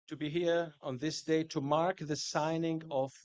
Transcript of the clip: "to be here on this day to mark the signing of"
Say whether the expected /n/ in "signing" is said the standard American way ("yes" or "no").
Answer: yes